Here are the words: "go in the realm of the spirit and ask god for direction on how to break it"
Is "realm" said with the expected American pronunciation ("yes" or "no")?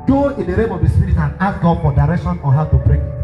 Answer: no